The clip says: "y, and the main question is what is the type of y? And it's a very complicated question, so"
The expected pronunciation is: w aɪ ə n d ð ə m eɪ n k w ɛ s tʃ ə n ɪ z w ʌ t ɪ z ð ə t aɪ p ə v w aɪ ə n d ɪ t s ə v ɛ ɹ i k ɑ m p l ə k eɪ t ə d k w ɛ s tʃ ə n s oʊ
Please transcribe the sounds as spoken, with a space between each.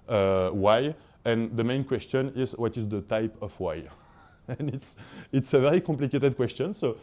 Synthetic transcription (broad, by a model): w aɪ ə n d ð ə m eɪ n k w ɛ s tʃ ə n ɪ z w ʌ t ɪ z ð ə t aɪ p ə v w aɪ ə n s ɪ t s ə v ɛ ɹ i k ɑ p l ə k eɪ t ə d k w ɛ s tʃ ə n s oʊ